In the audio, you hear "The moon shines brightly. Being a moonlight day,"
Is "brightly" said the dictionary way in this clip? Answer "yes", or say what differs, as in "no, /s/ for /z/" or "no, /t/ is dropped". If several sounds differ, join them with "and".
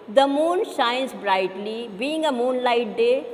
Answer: yes